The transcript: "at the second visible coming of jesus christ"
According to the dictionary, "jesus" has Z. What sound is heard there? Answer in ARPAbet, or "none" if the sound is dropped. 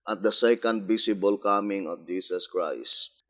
S